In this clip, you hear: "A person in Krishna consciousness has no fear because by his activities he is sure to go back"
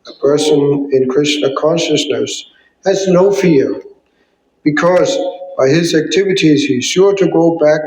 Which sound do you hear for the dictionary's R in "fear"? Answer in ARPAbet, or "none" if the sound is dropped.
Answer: R